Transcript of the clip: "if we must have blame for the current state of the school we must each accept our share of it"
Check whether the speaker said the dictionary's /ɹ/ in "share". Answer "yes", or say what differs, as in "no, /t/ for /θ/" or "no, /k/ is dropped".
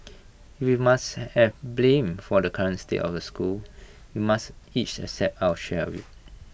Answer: no, /w/ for /ɹ/